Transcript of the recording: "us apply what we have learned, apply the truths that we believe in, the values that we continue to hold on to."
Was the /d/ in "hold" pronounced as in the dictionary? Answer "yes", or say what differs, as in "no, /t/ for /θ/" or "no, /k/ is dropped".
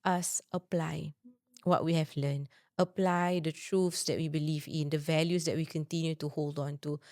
yes